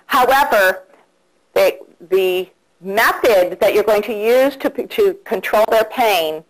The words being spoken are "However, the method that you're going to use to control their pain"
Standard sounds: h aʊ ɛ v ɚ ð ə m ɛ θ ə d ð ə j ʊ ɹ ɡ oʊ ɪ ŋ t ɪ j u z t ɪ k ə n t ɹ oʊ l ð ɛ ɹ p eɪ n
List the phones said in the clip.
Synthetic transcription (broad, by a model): h aʊ ɛ v ɚ ð ə m ɛ θ ə d ð ə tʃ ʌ ɹ ɡ oʊ ɪ ŋ t ɪ j u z t ɪ k ə n t ɹ oʊ l ð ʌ ɹ p eɪ n